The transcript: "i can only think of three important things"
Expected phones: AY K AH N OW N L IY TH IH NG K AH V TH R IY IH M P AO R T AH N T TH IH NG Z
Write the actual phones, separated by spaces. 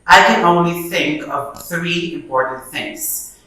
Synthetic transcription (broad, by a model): AY K AH N OW N L IY TH IH NG K AH V TH R IY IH M P AO R T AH N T TH IH NG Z